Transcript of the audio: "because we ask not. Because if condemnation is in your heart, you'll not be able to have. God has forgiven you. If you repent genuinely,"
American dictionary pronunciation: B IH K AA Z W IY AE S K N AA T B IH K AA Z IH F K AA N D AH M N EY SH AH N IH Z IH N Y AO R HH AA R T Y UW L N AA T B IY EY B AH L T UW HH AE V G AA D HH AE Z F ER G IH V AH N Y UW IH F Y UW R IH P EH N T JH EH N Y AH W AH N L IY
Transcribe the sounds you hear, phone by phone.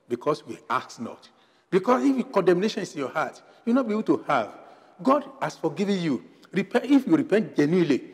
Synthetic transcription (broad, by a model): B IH K AA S W IY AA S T N AA T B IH K AA S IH F K AA N D AH M N EY SH AH N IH S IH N Y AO HH AA T Y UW W N AA T B IY EY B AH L T UW HH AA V G AA D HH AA S F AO G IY V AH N Y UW IH F Y UW R IH P EH N T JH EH N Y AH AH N L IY